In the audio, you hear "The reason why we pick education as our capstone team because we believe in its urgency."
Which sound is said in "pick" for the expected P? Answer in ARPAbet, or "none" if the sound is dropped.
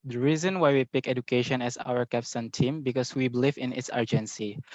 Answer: P